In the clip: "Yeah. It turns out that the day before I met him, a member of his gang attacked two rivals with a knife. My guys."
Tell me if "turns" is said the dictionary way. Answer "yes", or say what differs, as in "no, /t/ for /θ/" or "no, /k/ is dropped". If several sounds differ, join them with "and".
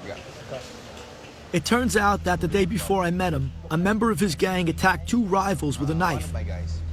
yes